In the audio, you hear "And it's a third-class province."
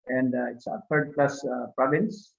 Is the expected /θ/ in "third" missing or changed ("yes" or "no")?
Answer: yes